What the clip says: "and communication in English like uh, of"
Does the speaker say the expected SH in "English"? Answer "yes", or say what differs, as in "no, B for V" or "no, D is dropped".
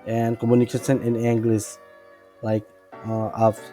no, S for SH